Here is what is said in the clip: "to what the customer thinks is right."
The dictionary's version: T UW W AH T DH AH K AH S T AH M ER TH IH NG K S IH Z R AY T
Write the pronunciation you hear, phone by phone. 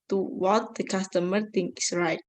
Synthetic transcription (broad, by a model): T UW W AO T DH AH K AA S T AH M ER T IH NG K IH S R AY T